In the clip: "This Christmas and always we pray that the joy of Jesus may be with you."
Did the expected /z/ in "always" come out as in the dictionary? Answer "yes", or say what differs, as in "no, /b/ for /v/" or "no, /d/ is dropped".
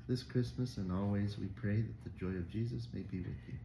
yes